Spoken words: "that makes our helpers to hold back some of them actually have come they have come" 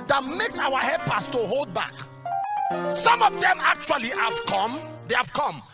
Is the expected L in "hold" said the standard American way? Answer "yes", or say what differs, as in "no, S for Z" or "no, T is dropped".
yes